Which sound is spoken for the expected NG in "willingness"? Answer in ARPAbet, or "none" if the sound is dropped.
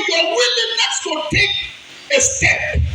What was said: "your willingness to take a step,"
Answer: none